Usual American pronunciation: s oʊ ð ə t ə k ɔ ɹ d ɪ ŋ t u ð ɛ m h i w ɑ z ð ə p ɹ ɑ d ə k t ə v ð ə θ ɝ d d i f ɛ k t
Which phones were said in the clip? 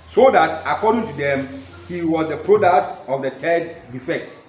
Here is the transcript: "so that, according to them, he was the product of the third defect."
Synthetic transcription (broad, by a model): s oʊ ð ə t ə k ɔ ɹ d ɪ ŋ t u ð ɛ m h i w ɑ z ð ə p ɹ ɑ d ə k t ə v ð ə t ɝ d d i f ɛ k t